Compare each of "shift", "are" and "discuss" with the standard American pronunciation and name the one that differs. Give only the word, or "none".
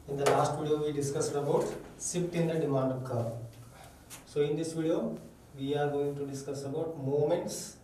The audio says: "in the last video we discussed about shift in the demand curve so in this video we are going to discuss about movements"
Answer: shift